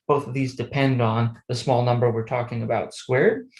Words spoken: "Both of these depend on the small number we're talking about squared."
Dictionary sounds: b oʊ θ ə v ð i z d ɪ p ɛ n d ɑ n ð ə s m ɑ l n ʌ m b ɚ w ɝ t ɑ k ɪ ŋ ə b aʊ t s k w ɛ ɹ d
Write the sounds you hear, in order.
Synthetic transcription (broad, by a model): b oʊ θ ə v ð i z d ɪ p ɛ n d n ð ə s m ɑ l n ʌ m b ɚ w ɝ t ɑ k ɪ ŋ ə b aʊ t s k w ɛ ɹ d